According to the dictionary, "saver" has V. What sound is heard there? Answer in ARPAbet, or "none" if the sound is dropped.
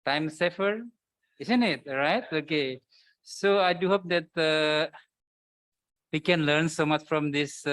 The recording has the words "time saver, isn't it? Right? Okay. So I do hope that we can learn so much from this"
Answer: F